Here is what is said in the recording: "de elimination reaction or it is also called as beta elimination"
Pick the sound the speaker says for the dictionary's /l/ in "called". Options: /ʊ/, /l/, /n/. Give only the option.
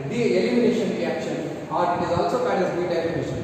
/n/